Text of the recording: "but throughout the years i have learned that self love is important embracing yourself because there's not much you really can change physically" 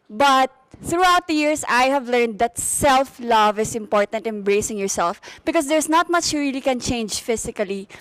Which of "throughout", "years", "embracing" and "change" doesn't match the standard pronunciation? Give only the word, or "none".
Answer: years